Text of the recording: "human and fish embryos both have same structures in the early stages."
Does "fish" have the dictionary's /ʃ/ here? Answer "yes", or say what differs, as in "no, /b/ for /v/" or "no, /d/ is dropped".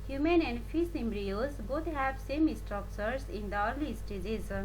no, /s/ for /ʃ/